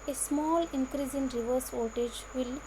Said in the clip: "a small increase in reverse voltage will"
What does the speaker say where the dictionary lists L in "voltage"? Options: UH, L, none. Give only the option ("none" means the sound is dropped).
none